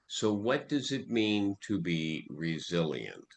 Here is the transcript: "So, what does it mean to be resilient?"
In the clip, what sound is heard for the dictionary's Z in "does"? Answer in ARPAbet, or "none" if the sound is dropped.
Z